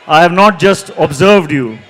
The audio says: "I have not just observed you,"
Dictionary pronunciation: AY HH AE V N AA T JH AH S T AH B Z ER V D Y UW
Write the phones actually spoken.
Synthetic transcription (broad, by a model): AY HH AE V N AA T JH AH S T AH B Z ER V D Y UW